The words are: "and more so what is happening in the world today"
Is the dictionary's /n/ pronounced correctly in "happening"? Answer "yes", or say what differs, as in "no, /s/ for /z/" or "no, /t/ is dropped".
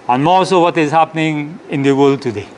yes